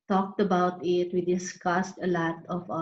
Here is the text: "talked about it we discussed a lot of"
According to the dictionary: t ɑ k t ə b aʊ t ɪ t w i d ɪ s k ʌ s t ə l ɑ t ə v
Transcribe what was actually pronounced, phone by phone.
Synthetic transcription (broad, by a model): t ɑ k t ə b aʊ t ɪ t w i d ɪ s k ʌ s t ə l ɑ t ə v